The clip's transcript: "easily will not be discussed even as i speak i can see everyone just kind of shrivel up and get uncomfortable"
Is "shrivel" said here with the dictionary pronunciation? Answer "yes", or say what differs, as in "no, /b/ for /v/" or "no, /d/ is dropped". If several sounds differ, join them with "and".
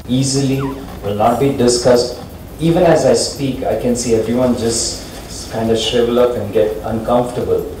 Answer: no, /ɹ/ is dropped